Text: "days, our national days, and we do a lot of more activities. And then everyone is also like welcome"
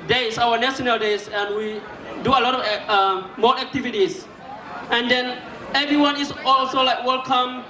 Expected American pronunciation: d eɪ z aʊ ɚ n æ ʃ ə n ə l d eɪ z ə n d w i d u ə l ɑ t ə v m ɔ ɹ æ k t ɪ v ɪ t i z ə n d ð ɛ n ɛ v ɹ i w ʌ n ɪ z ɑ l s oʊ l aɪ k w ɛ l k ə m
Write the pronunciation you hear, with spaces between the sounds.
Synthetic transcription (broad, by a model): d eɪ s aʊ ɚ n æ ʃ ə n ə l d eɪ s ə n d w i d u ə l ɑ t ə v m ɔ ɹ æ k t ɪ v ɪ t i s ə n d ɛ n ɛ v ɹ i w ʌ n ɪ s ɑ l s oʊ l aɪ k w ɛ l k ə m